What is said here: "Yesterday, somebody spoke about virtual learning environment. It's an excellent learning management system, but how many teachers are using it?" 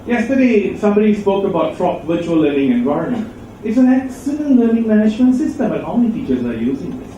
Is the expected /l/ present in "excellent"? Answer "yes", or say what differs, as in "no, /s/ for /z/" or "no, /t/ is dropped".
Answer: no, /n/ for /l/